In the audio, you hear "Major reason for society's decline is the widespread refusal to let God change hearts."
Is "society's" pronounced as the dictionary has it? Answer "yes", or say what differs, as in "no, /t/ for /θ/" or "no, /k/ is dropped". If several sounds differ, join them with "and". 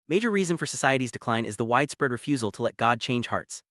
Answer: yes